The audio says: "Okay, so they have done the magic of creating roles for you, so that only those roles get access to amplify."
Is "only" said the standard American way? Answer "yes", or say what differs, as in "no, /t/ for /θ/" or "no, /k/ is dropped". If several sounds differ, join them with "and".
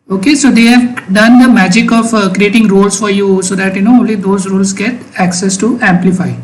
yes